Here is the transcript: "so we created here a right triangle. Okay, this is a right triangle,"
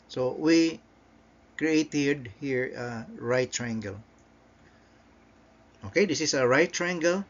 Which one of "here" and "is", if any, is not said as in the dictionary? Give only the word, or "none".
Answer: is